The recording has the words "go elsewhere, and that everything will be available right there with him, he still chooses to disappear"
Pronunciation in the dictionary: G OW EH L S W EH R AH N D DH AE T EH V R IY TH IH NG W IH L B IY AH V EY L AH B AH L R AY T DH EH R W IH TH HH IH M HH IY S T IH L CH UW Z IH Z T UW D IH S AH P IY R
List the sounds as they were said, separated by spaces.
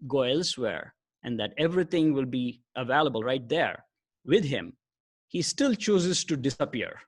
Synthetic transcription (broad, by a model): G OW EH L S W EH R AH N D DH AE T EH V R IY T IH NG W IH L B IY AH V EY L AH B AH L R AY T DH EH R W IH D HH IH M HH IY S T IH L CH UW Z IH Z T UW D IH S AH P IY R